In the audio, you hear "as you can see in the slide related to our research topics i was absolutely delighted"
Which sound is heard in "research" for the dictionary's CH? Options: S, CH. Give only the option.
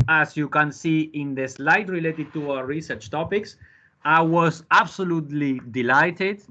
CH